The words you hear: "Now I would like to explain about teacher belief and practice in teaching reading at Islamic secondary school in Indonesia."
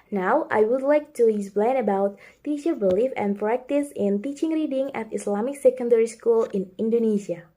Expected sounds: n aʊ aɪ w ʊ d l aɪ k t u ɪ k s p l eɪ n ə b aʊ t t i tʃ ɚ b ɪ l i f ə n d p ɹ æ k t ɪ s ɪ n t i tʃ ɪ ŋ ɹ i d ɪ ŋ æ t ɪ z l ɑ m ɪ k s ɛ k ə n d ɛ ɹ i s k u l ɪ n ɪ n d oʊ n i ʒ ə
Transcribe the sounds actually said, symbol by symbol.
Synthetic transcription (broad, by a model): n aʊ aɪ w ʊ d l aɪ k t u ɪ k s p l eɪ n ə b aʊ t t i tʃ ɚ b ɪ l i f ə n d p ɹ æ k t ɪ s ɪ n t i tʃ ɪ ŋ ɹ i d ɪ ŋ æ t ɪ s l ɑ m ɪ k s ɛ k ə n d ɛ ɹ i s k u l ɪ n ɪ n d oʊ n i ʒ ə